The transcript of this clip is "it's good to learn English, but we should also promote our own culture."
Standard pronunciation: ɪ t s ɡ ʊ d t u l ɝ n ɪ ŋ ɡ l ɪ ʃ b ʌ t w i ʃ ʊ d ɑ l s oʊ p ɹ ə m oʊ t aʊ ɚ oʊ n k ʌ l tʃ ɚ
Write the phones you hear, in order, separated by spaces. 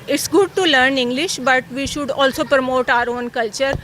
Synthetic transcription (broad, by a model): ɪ t s ɡ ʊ d t u l ɝ n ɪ ŋ ɡ l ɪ ʃ b ʌ t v i ʃ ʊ d ɑ l s oʊ p ɹ ə m oʊ t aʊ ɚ oʊ n k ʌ l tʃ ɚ